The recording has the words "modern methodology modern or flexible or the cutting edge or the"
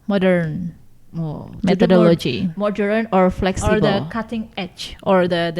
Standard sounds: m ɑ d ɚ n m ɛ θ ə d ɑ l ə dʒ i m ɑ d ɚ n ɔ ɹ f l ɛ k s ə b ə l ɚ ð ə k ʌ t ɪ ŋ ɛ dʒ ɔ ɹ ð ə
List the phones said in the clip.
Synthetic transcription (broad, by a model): m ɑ d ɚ n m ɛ t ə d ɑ l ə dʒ i m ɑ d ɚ n ɔ ɹ f l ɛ k s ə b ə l k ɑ t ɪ ŋ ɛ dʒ ɔ ɹ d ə